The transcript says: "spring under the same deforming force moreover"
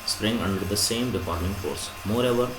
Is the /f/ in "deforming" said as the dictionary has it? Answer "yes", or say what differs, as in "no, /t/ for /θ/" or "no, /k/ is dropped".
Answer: no, /p/ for /f/